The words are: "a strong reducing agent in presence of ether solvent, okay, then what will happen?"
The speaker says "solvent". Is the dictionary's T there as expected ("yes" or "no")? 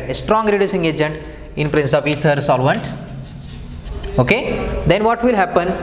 yes